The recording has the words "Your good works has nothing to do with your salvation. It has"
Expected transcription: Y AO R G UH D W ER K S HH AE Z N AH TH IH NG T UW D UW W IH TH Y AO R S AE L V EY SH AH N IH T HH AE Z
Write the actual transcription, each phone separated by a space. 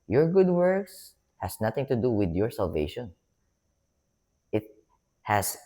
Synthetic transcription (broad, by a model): Y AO R G UH D W ER K S HH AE S N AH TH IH NG T UW D UW W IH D Y AO R S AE L V EY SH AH N IH T HH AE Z